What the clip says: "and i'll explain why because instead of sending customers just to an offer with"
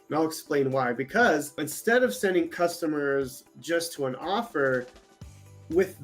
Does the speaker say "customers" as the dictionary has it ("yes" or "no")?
yes